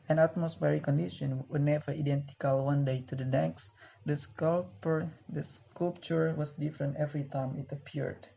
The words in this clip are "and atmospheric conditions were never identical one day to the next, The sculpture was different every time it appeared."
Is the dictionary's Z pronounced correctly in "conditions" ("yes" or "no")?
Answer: no